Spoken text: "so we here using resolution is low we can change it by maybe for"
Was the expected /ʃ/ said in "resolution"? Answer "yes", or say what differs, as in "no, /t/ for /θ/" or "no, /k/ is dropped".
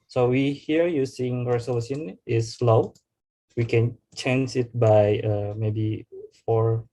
no, /s/ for /ʃ/